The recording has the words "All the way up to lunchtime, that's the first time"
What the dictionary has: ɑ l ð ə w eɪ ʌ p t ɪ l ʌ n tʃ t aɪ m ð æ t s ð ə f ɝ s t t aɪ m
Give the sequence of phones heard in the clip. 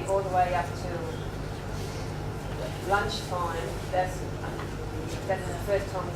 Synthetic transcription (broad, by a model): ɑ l ð ə w eɪ ʌ p t ɪ l ʌ n tʃ t aɪ m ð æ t s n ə f ɝ s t t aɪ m